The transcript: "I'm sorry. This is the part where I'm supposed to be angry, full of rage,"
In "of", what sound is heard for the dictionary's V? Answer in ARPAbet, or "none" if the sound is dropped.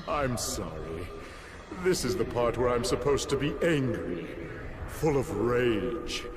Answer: V